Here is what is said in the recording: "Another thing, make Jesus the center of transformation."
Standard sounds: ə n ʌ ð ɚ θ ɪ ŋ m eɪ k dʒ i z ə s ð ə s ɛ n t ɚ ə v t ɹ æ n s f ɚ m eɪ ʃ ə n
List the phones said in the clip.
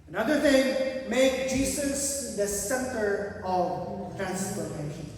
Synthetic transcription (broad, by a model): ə n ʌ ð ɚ θ ɪ ŋ m eɪ k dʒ i s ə s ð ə s ɛ n t ɚ ə v t ɹ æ n s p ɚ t eɪ ʃ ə n